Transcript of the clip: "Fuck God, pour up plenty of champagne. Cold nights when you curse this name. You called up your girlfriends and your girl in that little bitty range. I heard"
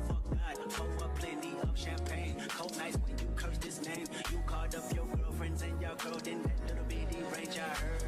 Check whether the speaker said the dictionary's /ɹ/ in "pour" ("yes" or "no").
no